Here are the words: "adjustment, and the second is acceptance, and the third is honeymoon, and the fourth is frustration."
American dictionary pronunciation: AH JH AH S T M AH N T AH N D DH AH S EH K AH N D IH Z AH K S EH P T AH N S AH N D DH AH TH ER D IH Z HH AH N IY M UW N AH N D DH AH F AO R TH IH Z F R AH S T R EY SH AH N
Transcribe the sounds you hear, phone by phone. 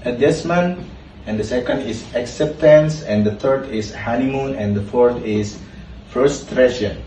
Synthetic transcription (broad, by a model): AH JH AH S M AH N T AH N D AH S EH K AH N D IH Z AH K S EH P T AH N S AH N D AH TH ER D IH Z HH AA N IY M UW N AH N D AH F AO R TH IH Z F R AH S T R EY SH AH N